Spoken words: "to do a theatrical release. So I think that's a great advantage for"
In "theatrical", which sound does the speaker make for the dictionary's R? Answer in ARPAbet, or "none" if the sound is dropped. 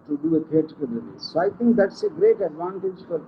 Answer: none